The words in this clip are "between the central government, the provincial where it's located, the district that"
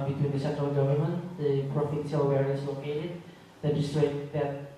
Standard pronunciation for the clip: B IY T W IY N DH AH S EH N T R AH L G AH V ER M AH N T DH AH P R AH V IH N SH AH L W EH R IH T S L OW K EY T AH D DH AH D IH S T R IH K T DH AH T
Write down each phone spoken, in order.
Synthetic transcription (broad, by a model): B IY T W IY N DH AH S EH N T R AH L G AH V ER M AH N T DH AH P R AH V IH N S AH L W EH R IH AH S L OW K EY T AH D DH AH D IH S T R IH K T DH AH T